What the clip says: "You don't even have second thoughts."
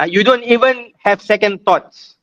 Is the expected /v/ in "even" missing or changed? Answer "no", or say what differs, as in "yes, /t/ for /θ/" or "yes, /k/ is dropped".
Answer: no